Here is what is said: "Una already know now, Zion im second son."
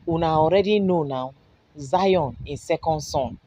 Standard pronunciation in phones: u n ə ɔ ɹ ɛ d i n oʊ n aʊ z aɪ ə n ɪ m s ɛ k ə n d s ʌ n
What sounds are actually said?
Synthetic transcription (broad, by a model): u n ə ɔ ɹ ɛ d i n oʊ n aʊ z aɪ ə n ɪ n s ɛ k ə n d s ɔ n